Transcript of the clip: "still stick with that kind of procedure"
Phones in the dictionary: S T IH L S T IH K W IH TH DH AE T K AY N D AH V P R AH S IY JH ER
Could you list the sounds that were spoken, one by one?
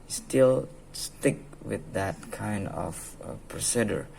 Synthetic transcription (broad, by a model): S T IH L S T IH K W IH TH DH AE T K AY N D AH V P R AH S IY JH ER